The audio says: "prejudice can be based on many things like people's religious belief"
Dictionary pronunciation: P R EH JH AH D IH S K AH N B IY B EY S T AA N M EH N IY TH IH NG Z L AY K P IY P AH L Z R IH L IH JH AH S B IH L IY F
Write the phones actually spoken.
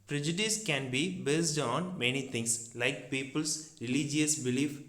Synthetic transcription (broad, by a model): P R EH JH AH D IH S K AH N B IY B EY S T AA N M EH N IY T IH NG S L AY K P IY P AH L S R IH L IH JH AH S B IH L IY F